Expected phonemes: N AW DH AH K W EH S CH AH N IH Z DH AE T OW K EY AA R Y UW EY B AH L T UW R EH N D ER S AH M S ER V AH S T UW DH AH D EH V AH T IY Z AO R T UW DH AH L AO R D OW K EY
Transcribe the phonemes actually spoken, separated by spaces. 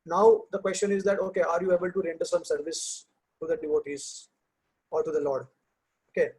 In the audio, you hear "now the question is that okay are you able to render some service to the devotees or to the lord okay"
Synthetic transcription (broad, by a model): N AW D AH K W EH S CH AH N IH Z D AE T OW K EY AA R Y UW EY B AH L T UW R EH N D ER S AH M S ER V AH S T UW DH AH D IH V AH T IY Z AO R T UW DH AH L AO R D OW K EY